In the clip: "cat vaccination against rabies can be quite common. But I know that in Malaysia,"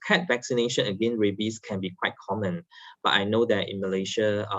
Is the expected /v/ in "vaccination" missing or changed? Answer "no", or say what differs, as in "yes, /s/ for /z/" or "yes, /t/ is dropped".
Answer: no